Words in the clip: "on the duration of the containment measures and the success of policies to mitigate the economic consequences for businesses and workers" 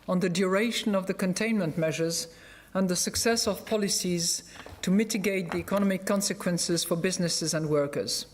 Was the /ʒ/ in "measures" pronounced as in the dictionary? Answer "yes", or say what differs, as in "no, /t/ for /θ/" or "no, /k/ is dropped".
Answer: yes